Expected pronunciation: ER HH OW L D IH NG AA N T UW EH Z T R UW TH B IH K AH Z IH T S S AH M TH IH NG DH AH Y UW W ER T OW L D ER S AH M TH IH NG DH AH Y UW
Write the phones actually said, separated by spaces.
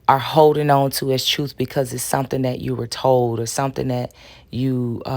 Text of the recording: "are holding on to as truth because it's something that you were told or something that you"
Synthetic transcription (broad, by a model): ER HH OW L D IH NG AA N T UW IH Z T R UW TH B IH K AH Z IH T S S AH M TH IH NG DH AH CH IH W ER T OW L D ER S AH M TH IH NG DH AH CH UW